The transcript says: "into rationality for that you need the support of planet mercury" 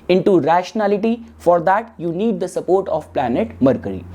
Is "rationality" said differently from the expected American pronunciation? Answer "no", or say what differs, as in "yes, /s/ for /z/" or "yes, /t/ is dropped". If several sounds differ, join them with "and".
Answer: no